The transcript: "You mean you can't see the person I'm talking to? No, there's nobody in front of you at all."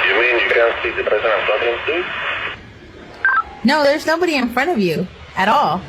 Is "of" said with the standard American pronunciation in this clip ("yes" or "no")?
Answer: yes